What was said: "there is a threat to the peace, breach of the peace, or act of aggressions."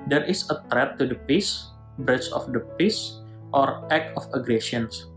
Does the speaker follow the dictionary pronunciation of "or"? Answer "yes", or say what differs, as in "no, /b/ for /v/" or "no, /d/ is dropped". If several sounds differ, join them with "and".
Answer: yes